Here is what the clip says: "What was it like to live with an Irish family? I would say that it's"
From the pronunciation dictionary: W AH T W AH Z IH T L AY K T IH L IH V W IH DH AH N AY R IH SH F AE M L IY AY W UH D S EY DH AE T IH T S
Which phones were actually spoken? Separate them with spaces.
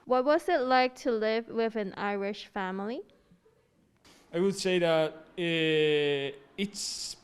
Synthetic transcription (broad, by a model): W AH T W AH Z IH T L AY K T IH L IH V W IH DH AH N AY R IH SH F AE M L IY AY W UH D S EY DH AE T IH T S